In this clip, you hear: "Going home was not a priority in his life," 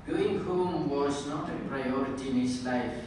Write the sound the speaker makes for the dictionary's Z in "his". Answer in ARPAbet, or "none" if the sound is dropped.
S